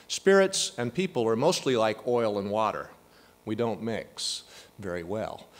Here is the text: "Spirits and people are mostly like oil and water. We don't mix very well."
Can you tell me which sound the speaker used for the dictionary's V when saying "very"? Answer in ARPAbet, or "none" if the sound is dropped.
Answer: V